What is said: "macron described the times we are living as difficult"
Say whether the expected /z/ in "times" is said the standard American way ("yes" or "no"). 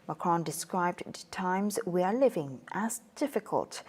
yes